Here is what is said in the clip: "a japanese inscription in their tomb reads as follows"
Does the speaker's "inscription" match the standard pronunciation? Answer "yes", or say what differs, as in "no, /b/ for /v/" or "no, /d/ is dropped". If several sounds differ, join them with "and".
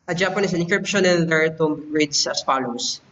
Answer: no, /s/ is dropped